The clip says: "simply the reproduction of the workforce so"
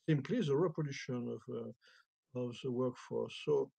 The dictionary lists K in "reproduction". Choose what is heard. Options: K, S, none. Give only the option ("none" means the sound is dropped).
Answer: none